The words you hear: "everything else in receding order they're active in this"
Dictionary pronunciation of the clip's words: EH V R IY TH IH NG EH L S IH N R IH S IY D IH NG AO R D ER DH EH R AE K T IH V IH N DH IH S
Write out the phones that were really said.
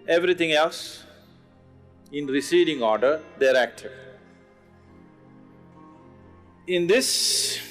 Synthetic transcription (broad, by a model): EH V R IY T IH NG EH L S IH N R IH S IY D IH NG AO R D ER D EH R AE K T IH IH N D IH S